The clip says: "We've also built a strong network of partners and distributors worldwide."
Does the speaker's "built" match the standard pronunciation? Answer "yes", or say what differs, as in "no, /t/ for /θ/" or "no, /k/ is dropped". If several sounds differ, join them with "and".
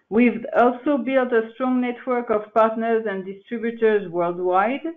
yes